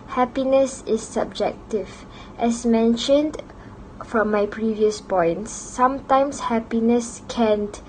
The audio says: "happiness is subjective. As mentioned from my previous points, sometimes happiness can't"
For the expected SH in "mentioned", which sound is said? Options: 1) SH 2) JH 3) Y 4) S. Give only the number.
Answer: 1